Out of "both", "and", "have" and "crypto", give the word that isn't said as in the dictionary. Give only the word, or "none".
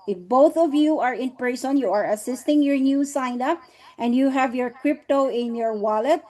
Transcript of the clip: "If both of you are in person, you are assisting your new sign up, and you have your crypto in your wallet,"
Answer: none